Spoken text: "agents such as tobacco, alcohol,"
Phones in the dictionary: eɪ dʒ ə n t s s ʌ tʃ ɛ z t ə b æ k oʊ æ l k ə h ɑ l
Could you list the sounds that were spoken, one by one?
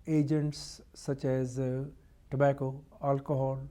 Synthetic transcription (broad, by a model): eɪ dʒ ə n t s s ʌ tʃ ɛ z t ə b æ k oʊ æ l k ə h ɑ l